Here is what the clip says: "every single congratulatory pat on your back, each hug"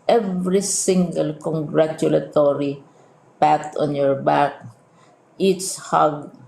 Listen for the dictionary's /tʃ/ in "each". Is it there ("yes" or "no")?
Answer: no